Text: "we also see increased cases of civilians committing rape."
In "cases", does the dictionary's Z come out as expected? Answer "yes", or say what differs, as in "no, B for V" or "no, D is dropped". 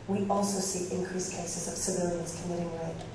yes